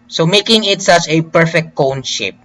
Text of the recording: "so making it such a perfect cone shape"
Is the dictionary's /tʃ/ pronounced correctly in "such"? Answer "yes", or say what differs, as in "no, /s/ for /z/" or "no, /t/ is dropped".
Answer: yes